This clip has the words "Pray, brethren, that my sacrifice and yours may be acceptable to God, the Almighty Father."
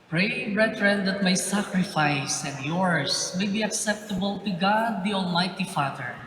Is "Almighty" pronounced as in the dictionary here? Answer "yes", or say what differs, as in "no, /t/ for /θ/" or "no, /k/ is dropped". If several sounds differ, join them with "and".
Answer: yes